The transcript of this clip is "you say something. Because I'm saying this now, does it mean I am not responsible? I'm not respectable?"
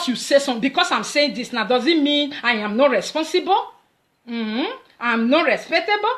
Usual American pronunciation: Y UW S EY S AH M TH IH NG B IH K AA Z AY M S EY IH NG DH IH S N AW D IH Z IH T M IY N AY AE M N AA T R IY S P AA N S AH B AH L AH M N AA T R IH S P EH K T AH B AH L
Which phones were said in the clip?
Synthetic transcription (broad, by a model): Y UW S EY S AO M B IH K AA S AY M S EY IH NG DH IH S N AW D IH Z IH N M IY N AY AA M N AA T R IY S P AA N S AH B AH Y AH M N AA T R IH S P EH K T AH B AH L